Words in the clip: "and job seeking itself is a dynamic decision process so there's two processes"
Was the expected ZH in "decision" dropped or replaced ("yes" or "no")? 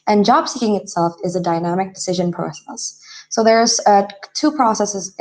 no